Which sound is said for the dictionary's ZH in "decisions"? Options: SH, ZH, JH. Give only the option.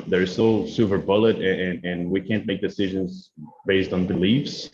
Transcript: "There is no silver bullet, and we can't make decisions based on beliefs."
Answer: ZH